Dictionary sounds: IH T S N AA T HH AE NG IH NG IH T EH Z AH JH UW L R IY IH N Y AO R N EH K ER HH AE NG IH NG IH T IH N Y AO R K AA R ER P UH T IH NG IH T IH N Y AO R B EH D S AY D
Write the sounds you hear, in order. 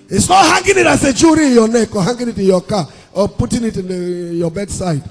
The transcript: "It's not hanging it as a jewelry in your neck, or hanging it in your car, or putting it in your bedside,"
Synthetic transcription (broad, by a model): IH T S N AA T HH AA NG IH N IH T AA S AH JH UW R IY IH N Y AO N EH K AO HH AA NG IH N IH T IH N Y AO K AA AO P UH T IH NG IH T IH N Y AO B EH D S AY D